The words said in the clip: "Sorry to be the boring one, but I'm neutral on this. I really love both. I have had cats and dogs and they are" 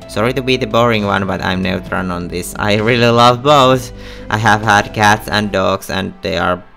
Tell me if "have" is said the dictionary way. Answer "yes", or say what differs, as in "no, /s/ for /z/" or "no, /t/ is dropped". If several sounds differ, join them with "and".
yes